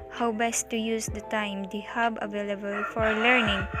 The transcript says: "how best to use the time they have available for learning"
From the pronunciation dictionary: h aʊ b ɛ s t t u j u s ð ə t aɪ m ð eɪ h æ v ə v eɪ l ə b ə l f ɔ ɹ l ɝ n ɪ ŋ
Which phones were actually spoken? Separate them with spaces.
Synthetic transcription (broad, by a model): h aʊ b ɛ s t t u j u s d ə t aɪ m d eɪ h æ b ə v eɪ l ə b ə l f ɔ ɹ l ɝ n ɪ ŋ